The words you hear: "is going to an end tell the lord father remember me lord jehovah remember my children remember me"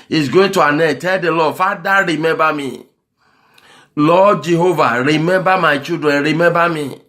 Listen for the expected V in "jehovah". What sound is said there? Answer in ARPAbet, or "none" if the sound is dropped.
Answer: V